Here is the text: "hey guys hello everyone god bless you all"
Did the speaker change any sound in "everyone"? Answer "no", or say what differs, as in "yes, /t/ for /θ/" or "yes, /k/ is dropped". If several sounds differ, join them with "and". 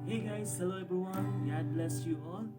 yes, /b/ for /v/